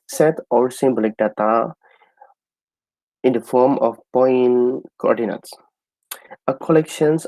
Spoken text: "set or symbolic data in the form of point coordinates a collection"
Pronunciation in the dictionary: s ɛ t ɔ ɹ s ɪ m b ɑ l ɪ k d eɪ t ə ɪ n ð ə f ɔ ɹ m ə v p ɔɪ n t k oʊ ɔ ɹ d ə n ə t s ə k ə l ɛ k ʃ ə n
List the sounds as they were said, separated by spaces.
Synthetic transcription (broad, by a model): s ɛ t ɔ l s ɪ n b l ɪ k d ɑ t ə ɪ n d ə f ɔ ɹ m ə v p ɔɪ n k oʊ ɔ ɹ d ə n ə t s ə k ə l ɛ k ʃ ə n